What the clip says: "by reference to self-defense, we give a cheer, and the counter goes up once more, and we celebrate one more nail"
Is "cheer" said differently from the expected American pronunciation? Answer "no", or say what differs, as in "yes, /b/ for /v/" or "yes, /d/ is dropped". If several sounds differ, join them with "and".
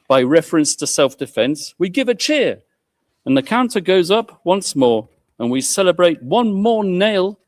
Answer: no